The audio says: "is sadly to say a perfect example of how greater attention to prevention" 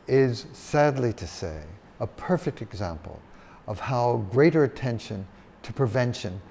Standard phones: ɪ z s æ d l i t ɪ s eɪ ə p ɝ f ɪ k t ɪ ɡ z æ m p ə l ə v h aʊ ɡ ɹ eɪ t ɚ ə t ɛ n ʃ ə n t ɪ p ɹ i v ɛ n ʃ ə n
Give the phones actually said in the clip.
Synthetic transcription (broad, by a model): ɪ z s æ d l i t ɪ s eɪ ə p ɝ f ɪ k t ɪ ɡ z æ m p ə l ə v h aʊ ɡ ɹ eɪ t ɚ ə t ɛ n ʃ ə n t ɪ p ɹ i v ɛ n ʃ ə n